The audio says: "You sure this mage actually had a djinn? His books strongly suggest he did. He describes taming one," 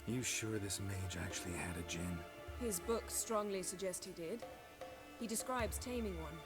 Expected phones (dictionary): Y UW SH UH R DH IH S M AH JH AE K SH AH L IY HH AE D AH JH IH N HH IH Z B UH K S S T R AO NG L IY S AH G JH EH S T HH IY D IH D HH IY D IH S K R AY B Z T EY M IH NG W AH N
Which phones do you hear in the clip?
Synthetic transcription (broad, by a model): Y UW SH UH R DH IH S M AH JH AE K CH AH L IY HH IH D AH JH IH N HH IH Z B UH K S S T R AO NG L IY S AH G JH EH S T HH IY D IH D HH IY D IH S K R AY B Z T EY M IH NG W AH N